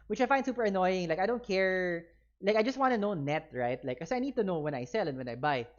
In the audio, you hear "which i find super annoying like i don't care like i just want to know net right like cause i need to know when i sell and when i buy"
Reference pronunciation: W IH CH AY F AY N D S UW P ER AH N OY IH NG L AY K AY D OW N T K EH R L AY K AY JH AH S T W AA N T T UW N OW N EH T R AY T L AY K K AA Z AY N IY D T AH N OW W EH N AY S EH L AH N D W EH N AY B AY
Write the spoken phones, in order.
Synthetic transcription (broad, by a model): W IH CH AY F AY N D S UW P ER AH N OY IH NG L AY K AY D OW N T K EH R L AY K AY JH AH S T W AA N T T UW N OW N EH T R AY T L AY K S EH AY N IY D T AH N OW W EH N AY S EH L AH N W EH N AY B AY